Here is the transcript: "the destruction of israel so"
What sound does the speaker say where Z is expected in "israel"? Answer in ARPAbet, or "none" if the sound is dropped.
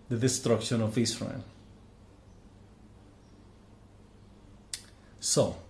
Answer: S